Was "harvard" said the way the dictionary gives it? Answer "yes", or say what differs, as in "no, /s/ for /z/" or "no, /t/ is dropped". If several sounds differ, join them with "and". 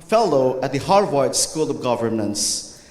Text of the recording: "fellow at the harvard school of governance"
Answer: no, /w/ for /v/